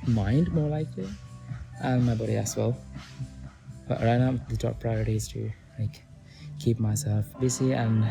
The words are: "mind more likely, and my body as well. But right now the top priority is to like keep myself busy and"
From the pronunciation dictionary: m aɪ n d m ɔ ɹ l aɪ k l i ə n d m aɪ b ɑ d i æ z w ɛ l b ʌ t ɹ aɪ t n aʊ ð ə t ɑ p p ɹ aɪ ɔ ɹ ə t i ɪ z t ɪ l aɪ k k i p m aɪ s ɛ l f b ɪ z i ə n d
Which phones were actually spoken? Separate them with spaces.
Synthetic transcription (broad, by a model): m aɪ n d m ɔ ɹ l aɪ k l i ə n m aɪ b ɑ d i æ s w ɛ l b ʌ t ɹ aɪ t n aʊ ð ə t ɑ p p ɹ aɪ ɔ ɹ ə t i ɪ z t ɪ l aɪ k k i p m aɪ s ɛ l f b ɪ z i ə n